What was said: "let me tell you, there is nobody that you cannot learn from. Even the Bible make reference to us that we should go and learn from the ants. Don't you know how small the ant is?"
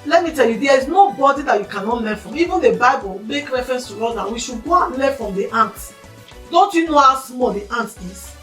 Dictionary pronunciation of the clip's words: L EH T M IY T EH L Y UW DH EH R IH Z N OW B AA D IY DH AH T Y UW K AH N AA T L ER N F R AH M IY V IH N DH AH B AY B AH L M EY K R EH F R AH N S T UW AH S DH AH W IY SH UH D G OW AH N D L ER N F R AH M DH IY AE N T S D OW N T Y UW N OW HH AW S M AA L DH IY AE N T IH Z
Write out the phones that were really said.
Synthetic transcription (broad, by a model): L EH T M IY T EH L Y UW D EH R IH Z N OW B AA D IY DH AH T Y UW K AH N AA T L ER F R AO M IY V IH N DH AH B AY B AH L M EY K R EH F R AH N S T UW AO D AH W IY SH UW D G OW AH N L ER F R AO M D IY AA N T D OW N T Y UW N OW HH AW S M AA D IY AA N T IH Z